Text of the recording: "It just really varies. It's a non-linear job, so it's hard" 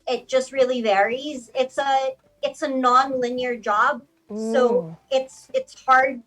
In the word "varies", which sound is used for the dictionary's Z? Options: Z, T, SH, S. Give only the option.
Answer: Z